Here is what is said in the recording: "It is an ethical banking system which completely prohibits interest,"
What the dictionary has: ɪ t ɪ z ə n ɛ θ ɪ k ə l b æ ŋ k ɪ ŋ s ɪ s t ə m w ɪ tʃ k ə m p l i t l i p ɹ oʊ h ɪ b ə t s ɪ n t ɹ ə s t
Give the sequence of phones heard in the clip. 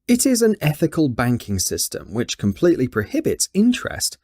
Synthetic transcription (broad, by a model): ɪ t ɪ z ə n ɛ θ ɪ k ə l b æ ŋ k ɪ ŋ s ɪ s t ə m w ɪ tʃ k ə m p l i t l i p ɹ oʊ h ɪ b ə t s ɪ n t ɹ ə s t